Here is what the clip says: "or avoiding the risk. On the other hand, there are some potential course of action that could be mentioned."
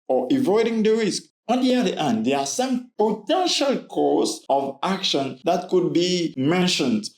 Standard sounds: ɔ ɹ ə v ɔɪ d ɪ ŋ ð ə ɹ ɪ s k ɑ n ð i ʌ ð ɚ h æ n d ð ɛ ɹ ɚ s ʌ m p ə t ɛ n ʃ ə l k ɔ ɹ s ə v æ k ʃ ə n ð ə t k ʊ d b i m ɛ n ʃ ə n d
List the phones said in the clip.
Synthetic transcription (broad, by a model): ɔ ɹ ə v ɔɪ d ɪ ŋ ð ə ɹ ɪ s k ɑ n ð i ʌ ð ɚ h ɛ n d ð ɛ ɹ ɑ s ʌ m p ə t ɛ n ʃ ə l k ɔ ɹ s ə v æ k ʃ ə n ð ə t k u d b i m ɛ n ʃ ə n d